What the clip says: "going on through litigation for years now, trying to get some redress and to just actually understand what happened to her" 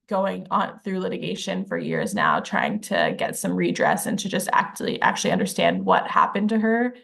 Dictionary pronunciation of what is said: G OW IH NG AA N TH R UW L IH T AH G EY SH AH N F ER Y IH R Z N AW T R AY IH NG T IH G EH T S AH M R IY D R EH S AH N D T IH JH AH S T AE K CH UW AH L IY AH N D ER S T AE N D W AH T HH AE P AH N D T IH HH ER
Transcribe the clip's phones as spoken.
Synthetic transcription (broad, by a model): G OW IH NG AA N TH R UW L IH T AH G EY SH AH N F ER Y IH R Z N AW T R AY IH NG T IH G EH T S AH M R IY D R EH S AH N T IH JH AH S T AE K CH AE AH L IY AH N D ER S T AE N D W AH T HH AE P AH N T IH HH ER